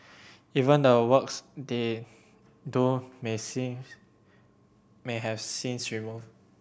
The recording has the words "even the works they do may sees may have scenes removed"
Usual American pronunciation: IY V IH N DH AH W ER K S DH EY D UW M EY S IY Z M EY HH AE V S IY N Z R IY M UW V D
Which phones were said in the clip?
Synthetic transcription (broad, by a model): IY V IH N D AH W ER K S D EY D UW M EY S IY M EY HH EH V S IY N S R IY M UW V